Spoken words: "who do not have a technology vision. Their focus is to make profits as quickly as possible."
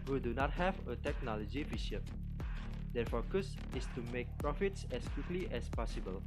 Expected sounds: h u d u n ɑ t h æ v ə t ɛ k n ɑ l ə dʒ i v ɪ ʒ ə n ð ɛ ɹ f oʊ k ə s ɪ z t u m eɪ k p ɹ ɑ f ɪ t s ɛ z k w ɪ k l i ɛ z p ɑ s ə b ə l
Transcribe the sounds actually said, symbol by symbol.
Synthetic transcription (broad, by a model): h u d u n ɑ t h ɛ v ə t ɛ k n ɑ l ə dʒ i f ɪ ʃ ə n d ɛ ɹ f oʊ k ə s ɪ s t u m eɪ k p ɹ ɑ f ɪ t s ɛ s k w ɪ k l i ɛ s p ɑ s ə b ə l